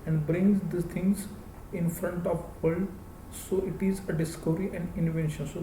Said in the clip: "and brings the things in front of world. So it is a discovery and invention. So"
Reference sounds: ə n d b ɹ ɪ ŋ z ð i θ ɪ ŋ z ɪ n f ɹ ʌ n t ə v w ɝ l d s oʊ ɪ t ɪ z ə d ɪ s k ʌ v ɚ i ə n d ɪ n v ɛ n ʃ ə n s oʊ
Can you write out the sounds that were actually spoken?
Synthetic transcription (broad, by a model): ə n d b ɹ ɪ ŋ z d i t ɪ ŋ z ɪ n f ɹ ʌ n t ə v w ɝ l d s oʊ ɪ t ɪ z ə d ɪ s k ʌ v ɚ i ə n d ɪ n v ɛ n ʃ ə n s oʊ